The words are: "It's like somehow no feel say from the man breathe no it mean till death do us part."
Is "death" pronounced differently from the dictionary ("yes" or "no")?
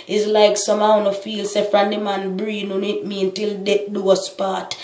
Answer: yes